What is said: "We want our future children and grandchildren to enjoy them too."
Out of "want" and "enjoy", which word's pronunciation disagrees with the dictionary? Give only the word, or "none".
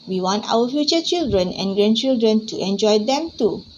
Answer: none